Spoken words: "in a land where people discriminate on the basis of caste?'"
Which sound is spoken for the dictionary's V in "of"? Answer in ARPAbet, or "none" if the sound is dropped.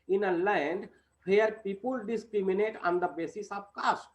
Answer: P